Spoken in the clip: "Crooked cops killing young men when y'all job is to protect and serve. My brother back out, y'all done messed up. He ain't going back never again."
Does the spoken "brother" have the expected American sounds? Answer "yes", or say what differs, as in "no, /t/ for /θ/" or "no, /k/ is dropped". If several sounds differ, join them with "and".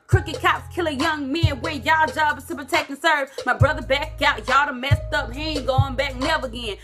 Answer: yes